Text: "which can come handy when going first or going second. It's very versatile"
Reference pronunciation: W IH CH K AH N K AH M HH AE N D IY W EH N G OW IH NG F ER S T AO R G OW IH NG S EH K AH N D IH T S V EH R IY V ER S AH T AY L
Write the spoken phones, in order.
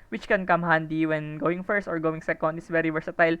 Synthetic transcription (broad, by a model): W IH CH K AH N K AH M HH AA N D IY W EH N G OW IH NG F ER S T AO R G OW IH NG S EH K AH N D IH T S V EH R IY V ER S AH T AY L